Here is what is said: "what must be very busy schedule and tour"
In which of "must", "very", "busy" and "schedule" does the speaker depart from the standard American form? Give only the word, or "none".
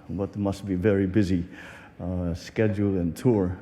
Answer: none